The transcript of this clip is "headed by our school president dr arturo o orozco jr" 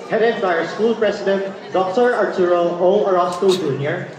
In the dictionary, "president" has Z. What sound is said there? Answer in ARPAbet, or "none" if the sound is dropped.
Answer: S